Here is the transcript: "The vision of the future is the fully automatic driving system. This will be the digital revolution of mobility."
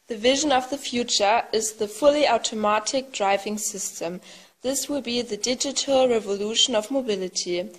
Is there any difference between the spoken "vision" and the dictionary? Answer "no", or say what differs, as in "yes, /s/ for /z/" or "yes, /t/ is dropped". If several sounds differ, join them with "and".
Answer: no